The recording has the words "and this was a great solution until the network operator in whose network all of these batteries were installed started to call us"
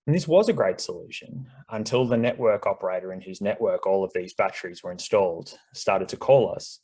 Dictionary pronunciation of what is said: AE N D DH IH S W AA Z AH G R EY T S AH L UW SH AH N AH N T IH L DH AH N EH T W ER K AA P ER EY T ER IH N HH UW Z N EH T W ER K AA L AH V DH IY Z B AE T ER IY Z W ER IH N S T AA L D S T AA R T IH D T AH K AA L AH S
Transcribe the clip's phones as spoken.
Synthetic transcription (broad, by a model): N DH IH S W AA Z AH G R EY T S AH L UW SH AH N AH N T IH L DH AH N EH T W ER K AA P ER EY T ER IH N HH UW Z N EH T W ER K AA L AH V DH IY Z B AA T ER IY Z W ER IH N S T AA L D S T AA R T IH D T AH K AA L AH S